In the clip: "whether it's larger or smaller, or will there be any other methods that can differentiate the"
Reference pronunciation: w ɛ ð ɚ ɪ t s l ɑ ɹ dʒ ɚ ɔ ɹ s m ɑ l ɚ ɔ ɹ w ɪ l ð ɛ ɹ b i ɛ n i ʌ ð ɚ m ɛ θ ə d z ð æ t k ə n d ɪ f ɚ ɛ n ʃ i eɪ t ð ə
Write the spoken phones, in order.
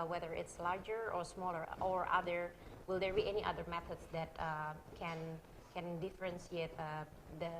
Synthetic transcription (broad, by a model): w ɛ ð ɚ ɪ t s l ɑ ɹ dʒ ɚ ɔ ɹ s m ɑ l ɚ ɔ ɹ w ɪ l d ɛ ɹ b i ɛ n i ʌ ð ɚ m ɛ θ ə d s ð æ t k ə n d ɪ f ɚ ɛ n s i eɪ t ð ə